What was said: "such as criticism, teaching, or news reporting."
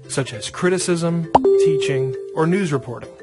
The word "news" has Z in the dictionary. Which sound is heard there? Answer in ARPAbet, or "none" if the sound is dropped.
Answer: Z